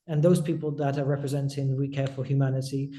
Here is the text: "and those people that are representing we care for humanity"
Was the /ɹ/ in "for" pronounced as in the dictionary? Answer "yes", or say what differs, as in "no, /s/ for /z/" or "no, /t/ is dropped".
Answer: no, /l/ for /ɹ/